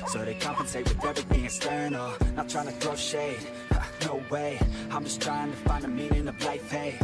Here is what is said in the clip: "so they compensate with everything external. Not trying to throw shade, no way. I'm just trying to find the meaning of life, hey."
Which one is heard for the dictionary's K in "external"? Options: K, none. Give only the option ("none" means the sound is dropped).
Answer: none